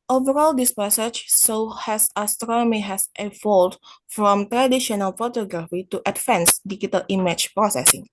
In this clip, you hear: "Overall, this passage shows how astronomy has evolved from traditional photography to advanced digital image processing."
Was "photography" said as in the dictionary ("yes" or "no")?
yes